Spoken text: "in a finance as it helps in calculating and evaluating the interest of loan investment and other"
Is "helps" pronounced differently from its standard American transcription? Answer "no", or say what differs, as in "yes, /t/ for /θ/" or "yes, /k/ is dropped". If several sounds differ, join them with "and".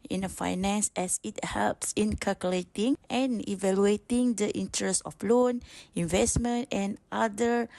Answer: no